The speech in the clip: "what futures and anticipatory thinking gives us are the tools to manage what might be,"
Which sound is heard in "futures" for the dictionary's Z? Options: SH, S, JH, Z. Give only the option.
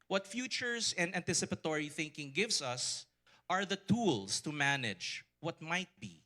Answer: S